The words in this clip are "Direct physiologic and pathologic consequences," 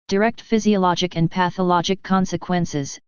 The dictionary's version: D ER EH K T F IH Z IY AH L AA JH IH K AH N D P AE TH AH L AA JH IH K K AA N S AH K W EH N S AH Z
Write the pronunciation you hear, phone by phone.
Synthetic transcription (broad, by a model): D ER EH K T F IH Z IY AH L AA JH IH K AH N P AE TH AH L AA JH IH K K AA N S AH K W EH N S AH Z